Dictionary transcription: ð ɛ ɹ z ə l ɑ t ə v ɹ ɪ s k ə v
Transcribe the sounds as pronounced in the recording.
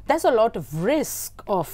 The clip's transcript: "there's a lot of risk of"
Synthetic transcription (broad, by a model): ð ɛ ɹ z ə l ɑ t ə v ɹ ɪ s k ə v